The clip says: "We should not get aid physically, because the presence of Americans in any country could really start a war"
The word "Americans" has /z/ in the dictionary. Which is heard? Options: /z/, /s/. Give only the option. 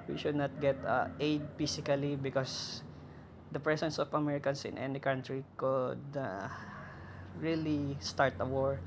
/s/